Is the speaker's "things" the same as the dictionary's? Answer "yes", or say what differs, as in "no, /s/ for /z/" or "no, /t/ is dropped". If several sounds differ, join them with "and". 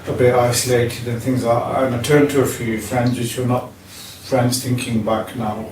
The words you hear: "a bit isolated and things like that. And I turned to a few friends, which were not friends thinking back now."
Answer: yes